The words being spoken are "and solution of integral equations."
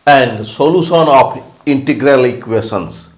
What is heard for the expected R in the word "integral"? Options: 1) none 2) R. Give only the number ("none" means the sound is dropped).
2